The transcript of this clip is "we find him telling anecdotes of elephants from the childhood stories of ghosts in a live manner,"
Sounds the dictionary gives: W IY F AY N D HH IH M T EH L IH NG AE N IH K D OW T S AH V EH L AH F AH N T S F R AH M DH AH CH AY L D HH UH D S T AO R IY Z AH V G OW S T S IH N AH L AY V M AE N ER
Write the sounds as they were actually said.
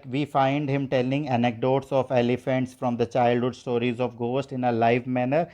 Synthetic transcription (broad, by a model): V IY F AY N D HH IH M T EH L IH NG AE N IH K D OW T S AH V EH L AH F AH N T S F R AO M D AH CH AY L D HH UH D S T AO R IY Z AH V G OW S T IH N AH L AY V M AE N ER